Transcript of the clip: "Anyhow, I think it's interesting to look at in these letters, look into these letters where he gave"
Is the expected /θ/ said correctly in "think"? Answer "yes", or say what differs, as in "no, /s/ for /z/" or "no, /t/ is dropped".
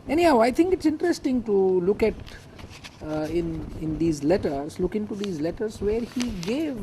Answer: no, /t/ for /θ/